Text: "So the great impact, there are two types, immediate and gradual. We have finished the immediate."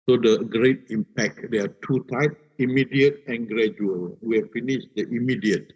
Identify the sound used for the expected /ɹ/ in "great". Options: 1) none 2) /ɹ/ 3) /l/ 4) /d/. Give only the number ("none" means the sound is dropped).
2